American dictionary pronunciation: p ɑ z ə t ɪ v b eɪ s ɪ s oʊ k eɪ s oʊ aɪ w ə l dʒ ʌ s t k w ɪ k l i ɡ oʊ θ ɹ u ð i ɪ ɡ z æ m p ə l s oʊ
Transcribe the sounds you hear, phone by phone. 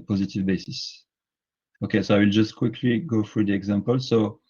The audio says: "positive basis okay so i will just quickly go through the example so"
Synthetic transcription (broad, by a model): p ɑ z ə t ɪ v b eɪ s ɪ s oʊ k eɪ s oʊ aɪ w ə l dʒ ʌ s t k w ɪ k l i ɡ oʊ f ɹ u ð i ɪ ɡ z æ m p ə l s oʊ